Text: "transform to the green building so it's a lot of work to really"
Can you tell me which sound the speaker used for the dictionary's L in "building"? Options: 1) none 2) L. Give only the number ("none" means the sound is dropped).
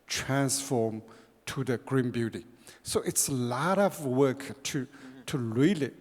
1